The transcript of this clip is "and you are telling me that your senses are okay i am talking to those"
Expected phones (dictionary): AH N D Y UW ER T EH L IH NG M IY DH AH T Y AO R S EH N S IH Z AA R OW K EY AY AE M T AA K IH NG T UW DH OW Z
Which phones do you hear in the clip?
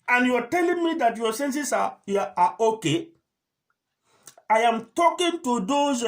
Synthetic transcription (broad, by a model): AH N Y UW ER T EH L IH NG M IY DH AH T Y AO S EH N S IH S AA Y OW K EY AY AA M T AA K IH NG T UW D OW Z